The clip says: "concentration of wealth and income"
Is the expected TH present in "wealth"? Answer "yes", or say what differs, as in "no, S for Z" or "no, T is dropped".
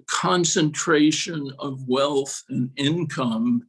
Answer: yes